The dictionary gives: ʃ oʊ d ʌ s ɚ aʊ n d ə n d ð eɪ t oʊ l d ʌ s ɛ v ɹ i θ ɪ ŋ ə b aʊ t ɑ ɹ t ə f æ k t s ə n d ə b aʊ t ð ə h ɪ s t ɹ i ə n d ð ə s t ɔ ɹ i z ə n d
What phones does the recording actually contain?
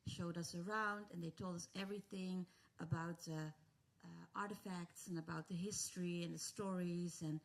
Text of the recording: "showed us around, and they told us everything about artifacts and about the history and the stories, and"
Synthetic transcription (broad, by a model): ʃ oʊ d ʌ s ɚ aʊ n d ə n ð eɪ t oʊ l d ʌ s ɛ v ɹ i θ ɪ ŋ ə b aʊ t ɑ ɹ t ə f æ k t s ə n ə b aʊ t ð ə h ɪ s t ɹ i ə n ð ə s t ɔ ɹ i z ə n